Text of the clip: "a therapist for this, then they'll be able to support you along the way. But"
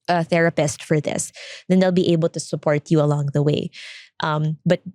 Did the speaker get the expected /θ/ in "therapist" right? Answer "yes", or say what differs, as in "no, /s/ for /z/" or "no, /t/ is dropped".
yes